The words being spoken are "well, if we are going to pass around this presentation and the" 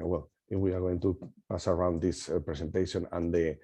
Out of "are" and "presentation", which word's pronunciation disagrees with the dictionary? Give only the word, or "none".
presentation